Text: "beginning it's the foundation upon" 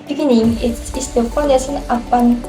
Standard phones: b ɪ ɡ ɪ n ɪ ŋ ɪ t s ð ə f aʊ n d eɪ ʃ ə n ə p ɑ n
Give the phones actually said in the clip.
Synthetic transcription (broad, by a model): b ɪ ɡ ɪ n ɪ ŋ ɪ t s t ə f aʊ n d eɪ s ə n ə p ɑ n